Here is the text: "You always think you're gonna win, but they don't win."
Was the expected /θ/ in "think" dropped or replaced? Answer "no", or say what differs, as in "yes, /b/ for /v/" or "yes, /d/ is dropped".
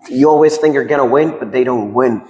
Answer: no